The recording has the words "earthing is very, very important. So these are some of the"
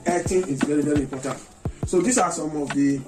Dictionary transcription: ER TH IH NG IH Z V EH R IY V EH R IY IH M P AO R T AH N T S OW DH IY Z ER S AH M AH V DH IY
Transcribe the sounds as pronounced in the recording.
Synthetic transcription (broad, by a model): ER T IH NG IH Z V EH R IY V EH R IY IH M P AO T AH N T S OW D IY S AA S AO M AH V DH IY